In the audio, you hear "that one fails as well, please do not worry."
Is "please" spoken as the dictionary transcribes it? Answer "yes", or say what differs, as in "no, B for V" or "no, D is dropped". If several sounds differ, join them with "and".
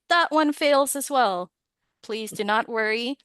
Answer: yes